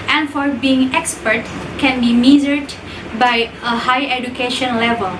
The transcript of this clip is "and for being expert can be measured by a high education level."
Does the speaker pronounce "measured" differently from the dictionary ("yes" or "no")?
yes